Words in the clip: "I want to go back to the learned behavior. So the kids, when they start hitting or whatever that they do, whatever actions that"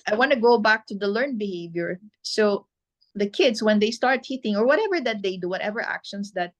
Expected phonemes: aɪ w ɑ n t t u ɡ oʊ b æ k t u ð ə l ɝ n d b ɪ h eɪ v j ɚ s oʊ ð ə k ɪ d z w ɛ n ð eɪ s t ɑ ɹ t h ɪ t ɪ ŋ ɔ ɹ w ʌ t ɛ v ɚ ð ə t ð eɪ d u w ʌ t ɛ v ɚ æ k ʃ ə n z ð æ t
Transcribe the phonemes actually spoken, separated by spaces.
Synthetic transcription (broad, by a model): aɪ w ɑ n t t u ɡ oʊ b æ k t u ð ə l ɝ n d b ɪ h eɪ v j ɚ s oʊ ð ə k ɪ d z w ɛ n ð eɪ s t ɑ ɹ t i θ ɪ ŋ ɔ ɹ w ʌ t ɛ v ɚ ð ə t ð eɪ d u w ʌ t ɛ v ɚ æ k ʃ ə n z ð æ t